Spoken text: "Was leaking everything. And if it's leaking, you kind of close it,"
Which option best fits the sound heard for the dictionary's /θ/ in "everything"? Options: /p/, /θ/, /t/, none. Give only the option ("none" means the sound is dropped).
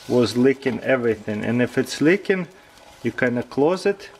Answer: /θ/